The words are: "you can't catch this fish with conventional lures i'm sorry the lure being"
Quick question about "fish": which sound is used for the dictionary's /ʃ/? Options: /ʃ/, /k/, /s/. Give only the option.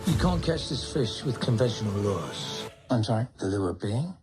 /ʃ/